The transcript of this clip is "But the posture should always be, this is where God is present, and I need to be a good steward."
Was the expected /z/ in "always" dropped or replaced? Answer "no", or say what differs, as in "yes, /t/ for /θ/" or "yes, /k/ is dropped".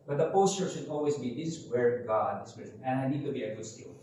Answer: yes, /s/ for /z/